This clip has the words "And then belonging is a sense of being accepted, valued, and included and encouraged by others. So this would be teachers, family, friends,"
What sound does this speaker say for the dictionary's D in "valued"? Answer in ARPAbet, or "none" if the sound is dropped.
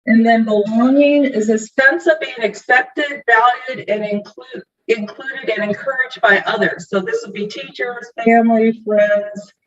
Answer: D